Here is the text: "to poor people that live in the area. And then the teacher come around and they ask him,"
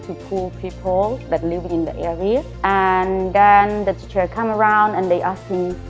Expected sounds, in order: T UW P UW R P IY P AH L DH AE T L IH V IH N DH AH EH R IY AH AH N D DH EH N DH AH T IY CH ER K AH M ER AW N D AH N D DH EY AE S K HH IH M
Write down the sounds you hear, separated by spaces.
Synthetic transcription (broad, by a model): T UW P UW L P IY P AH L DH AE T L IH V IH N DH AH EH R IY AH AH N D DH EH N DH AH T IY CH ER K AH M ER AW N D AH N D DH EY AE S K HH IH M